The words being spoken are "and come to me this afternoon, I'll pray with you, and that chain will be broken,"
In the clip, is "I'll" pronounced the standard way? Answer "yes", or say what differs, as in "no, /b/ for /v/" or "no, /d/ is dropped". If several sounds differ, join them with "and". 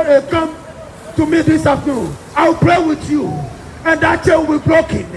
no, /w/ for /l/